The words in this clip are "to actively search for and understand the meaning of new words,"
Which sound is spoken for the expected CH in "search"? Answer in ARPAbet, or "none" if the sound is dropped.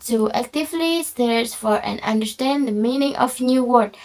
S